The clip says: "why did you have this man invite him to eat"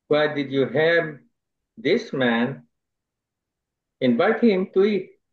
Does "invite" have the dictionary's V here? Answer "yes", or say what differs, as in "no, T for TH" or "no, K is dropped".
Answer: no, B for V